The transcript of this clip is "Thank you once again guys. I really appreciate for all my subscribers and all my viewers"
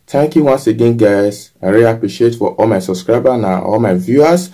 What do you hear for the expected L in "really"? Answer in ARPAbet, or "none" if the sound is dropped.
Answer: none